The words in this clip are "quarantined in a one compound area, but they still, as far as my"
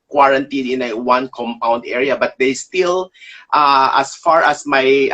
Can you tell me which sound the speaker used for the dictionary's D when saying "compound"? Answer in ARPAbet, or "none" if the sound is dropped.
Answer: D